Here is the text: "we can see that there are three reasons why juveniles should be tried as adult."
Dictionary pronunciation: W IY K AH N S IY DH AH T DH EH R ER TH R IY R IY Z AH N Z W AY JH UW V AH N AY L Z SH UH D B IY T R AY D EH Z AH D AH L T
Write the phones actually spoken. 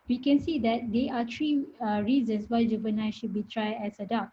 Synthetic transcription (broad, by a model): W IY K AH N S IY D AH T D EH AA T R IY R IY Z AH N S W AY JH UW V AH N AY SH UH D B IY T R AY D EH S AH D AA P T